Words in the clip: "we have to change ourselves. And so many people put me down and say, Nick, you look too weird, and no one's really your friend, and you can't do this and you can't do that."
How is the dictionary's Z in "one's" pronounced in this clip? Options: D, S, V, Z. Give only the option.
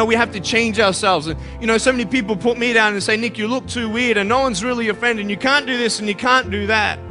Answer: Z